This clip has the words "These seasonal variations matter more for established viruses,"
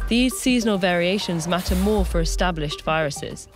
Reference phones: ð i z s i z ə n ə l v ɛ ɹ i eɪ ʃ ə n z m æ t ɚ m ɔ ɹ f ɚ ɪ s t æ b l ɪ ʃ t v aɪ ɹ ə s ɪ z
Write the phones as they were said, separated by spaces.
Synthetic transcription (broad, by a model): ð i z s i z ə n ə l v ɛ ɹ i eɪ ʃ ə n z m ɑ t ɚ m ɔ f ɚ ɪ s t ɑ b l ɪ ʃ t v aɪ ɹ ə s ɪ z